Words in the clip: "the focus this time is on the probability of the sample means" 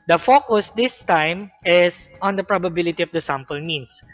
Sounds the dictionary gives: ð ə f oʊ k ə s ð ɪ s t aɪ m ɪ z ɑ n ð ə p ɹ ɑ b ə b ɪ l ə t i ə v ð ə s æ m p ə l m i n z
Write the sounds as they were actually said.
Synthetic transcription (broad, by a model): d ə f oʊ k ə s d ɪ s t aɪ m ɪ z ɑ n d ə p ɹ ɑ b ə b ɪ l ə t i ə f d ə s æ m p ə l m i n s